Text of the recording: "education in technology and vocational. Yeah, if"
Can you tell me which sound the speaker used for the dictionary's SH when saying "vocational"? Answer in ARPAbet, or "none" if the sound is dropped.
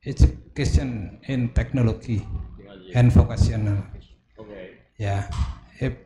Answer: S